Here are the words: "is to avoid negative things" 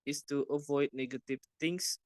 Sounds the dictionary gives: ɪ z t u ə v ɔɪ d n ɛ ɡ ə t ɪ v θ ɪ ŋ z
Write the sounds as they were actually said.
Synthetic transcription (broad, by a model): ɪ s t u ə v ɔɪ d n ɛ ɡ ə t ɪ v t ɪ ŋ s